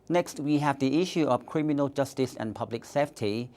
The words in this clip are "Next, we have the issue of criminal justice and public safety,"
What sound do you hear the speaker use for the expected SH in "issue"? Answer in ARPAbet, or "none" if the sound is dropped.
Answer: SH